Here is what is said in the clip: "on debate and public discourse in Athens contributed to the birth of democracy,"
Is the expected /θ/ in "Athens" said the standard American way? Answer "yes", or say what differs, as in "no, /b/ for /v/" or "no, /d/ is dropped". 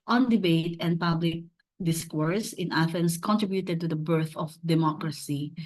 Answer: no, /f/ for /θ/